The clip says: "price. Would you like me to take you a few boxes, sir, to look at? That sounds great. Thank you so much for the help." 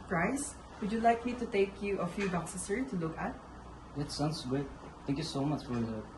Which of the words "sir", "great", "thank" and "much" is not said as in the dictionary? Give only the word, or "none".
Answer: great